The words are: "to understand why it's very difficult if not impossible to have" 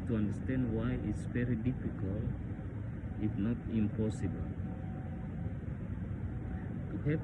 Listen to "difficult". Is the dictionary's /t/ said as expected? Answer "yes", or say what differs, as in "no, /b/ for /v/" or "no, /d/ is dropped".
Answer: no, /t/ is dropped